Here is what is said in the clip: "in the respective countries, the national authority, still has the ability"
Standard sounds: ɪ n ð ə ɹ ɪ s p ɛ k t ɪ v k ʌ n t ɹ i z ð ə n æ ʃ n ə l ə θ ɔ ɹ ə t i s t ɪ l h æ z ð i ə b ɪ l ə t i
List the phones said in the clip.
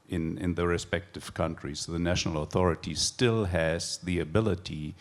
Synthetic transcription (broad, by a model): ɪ n ð ə ɹ ɪ s p ɛ k t ɪ v k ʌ n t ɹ i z ð ə n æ ʃ n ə l ə θ ɔ ɹ ə t i s t ɪ l h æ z ð i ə b ɪ l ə t i